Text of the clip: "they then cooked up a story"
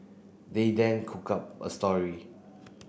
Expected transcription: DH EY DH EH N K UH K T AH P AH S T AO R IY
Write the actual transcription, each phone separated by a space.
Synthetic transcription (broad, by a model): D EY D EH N K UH K AA P AH S T AO R IY